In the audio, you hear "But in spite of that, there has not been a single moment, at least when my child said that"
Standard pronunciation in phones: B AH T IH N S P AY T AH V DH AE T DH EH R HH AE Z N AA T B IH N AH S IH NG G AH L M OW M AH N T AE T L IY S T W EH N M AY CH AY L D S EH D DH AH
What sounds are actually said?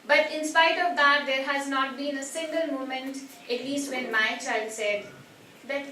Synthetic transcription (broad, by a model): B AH T IH N S P AY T AH V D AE T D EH R HH AE Z N AA T B IH N AH S IH NG G AH L M OW M AH N T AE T L IY S T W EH N M AY CH AY L D S EH D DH